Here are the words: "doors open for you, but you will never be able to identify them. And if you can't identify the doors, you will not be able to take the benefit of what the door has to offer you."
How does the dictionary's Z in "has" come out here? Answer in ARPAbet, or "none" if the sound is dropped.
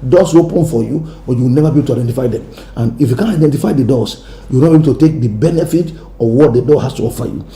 S